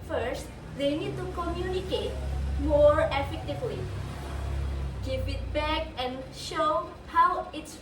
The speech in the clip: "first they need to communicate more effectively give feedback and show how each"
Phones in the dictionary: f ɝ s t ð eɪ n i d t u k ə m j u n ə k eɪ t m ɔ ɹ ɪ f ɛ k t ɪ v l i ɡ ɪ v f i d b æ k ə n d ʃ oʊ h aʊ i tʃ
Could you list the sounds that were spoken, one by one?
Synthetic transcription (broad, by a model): f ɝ s t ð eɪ n i d t u k ə m j u n ə k eɪ t m ɔ ɹ ɪ f ɛ k t ɪ v l i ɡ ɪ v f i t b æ k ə n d ʃ oʊ h aʊ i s